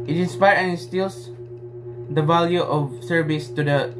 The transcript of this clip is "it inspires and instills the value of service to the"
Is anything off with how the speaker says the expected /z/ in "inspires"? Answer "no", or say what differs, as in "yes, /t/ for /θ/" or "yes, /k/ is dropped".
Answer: yes, /z/ is dropped